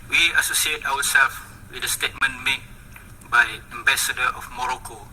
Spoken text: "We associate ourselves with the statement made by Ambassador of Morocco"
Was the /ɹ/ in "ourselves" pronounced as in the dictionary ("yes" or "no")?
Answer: no